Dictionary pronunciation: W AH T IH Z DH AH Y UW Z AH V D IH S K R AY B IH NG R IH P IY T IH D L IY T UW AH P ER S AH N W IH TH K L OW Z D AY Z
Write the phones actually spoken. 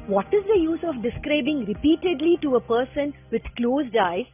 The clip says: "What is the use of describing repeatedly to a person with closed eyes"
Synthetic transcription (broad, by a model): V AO T IH Z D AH Y UW Z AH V D IH S K R AY B IH NG R IH P IY T IH D L IY T UW AH P ER S AH N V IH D K L OW Z D AY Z